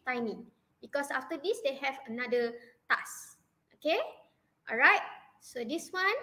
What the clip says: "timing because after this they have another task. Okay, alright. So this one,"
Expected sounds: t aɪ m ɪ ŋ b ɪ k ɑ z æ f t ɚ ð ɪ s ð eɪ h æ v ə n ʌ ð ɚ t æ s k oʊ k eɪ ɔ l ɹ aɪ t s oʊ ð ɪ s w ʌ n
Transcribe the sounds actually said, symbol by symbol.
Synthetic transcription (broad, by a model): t aɪ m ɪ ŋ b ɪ k ɑ s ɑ f t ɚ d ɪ s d eɪ h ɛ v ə n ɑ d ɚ t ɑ s oʊ k eɪ ɔ l ɹ aɪ t s oʊ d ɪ s w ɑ n